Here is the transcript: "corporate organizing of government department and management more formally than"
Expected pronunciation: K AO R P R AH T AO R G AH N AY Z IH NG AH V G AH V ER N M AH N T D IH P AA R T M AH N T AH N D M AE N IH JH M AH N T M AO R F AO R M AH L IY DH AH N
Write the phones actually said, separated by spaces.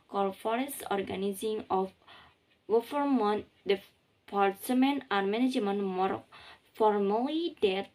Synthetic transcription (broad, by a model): K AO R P R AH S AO R G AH N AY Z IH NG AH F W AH F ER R M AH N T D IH P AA R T M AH N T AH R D M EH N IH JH M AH N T M AO R F AO R M AH L IY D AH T